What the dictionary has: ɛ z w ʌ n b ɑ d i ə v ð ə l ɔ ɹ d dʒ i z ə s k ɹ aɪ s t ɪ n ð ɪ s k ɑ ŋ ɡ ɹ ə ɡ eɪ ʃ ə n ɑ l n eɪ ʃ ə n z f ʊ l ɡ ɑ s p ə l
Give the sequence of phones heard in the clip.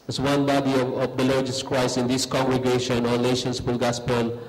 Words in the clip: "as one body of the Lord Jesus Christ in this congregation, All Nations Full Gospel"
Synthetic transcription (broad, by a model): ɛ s w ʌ n b ɑ d i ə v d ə l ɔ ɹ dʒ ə s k ɹ aɪ s ɪ n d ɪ s k ɑ ŋ ɡ ɹ ə ɡ eɪ ʃ ə n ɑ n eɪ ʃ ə n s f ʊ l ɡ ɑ s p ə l